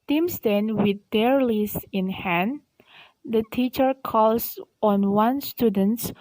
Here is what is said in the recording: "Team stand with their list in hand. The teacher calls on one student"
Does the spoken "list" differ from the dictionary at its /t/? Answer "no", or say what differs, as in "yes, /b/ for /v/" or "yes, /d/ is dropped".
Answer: yes, /t/ is dropped